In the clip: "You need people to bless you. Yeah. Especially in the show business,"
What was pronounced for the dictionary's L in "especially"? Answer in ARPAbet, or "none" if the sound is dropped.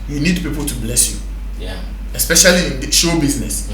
none